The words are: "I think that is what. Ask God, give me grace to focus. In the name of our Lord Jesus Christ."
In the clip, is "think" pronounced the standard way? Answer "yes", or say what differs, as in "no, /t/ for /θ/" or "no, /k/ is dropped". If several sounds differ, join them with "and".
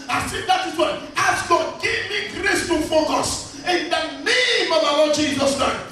no, /s/ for /θ/